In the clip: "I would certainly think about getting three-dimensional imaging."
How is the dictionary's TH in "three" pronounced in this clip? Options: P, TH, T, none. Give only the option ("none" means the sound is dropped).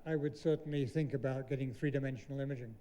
TH